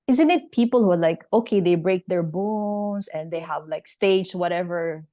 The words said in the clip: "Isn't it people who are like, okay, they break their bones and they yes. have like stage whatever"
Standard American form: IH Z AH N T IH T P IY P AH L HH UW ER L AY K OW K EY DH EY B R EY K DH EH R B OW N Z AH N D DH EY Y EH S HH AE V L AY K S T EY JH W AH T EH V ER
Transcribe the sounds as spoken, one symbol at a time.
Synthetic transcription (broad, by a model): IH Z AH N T IH T P IY P AH L HH UW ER L AY K OW K EY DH EY B R EY K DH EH R B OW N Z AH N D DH EY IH HH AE V L AY K S T EY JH W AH T EH V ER